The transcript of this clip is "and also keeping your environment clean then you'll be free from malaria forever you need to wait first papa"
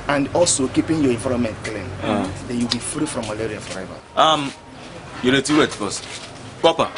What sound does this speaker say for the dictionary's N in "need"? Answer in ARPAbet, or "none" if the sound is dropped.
L